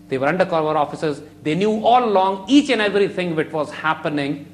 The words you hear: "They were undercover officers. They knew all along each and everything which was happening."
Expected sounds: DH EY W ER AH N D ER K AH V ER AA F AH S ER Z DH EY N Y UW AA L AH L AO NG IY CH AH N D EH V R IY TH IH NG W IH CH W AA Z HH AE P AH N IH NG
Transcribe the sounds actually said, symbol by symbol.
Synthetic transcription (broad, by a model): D EY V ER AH N D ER K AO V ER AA F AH S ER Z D EY N Y UW AA L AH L AO NG IY CH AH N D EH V R IY T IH NG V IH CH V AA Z HH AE P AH N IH NG